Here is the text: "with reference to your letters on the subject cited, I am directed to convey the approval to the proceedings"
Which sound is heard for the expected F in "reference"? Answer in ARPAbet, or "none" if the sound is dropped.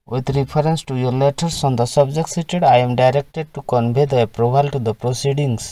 P